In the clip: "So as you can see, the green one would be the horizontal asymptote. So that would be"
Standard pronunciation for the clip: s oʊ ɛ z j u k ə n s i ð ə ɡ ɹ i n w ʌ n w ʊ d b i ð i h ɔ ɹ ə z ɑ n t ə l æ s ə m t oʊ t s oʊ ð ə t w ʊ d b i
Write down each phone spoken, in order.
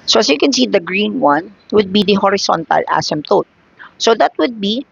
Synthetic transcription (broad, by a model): s oʊ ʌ s j u k ə n s i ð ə ɡ ɹ i n w ʌ n w ʊ d b i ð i h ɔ ɹ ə s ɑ n t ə l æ s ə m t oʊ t s oʊ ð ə t w ʊ d b i